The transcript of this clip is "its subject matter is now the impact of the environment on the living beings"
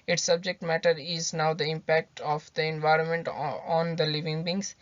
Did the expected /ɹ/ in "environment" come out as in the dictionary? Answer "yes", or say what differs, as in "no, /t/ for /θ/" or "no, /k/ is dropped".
yes